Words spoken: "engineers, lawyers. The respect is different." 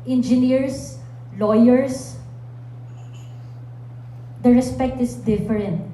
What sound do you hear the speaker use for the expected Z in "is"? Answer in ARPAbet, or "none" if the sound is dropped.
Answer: S